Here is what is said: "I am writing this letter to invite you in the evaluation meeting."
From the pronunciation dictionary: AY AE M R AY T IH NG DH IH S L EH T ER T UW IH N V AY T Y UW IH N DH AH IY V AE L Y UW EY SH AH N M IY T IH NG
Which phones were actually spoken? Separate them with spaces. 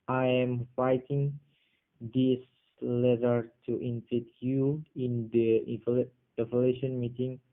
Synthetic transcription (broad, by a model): AY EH M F AY T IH NG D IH S L EH T ER T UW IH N F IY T Y UW IH N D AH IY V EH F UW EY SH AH N M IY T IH NG